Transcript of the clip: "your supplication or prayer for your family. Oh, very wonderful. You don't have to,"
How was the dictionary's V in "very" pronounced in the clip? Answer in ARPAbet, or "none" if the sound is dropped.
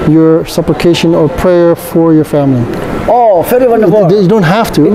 F